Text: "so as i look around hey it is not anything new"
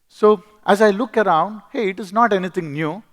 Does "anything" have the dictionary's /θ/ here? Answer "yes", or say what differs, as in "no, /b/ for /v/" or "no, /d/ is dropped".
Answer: no, /t/ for /θ/